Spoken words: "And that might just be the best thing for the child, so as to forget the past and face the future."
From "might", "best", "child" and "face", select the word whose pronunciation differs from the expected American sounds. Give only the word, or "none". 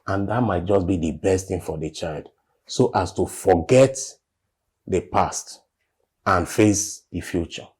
none